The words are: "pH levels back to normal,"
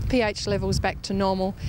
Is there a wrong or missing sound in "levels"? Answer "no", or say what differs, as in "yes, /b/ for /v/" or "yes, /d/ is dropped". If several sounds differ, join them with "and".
no